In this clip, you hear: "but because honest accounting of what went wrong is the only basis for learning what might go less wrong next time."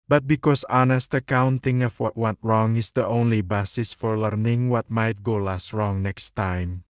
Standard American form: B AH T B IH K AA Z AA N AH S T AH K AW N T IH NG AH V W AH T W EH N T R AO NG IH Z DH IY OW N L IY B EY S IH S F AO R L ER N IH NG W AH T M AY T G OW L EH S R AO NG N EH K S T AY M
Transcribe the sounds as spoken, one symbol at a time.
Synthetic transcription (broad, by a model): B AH T B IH K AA S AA N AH S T AH K AW N T IH NG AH F W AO T W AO T R AO NG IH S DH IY OW N L IY B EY S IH S F AO R L ER N IH NG W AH T M AY T G OW L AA S R AO NG N EH K S T AY M